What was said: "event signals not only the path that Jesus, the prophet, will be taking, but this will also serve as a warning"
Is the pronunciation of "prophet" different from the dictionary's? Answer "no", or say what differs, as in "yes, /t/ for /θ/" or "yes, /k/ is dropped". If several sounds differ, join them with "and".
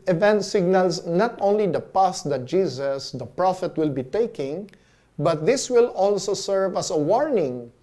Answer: no